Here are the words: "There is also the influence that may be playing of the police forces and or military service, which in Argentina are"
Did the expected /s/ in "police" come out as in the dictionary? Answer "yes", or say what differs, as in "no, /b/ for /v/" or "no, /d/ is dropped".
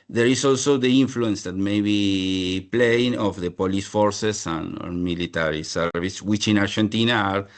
yes